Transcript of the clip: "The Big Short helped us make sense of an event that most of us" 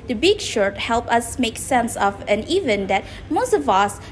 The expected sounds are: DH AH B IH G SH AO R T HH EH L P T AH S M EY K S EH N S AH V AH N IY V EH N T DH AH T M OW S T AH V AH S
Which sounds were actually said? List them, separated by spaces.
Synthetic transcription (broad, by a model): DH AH B IH G SH AO R T HH EH L P AH S M EY K S EH N S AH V AH N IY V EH N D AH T M OW S T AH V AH S